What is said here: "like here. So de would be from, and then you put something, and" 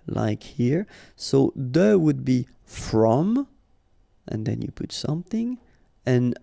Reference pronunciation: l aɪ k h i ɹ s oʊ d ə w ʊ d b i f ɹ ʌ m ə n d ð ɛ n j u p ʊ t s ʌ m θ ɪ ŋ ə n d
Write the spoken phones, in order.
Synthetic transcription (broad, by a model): l aɪ k h i ɹ s oʊ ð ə w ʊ d b i f ɹ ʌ m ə n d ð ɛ n j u p ʊ t s ʌ m θ ɪ ŋ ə n